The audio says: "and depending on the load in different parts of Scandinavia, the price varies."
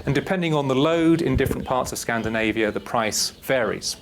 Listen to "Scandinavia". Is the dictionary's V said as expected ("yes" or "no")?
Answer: yes